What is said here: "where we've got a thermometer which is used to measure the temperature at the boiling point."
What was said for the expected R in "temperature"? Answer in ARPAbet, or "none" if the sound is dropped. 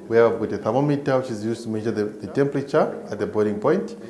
R